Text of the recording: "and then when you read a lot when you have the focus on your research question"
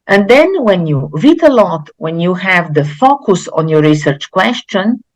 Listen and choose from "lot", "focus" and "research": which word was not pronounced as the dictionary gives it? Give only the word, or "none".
none